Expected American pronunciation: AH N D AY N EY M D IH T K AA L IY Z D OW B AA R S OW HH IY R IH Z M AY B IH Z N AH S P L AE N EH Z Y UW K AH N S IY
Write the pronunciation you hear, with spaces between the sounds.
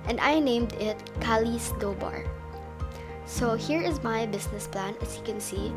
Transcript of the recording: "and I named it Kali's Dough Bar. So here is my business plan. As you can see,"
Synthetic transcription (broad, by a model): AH N D AY N EY M D IH T K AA L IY S D OW B AA R S OW HH IY R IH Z M AY B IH S N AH S P L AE N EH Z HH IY K AH N S IY